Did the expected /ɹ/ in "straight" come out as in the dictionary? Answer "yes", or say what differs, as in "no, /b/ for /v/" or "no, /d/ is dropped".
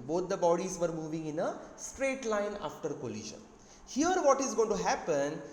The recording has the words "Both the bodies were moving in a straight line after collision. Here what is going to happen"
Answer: yes